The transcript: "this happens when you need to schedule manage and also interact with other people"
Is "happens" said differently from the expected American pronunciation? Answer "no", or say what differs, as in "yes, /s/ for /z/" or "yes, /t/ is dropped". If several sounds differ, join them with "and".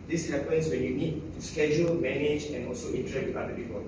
yes, /s/ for /z/